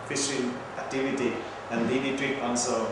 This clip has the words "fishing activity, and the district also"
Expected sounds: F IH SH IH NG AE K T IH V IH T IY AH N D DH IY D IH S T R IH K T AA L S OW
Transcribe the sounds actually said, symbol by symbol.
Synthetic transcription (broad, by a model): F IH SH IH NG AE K T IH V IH T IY AH N D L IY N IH T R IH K AA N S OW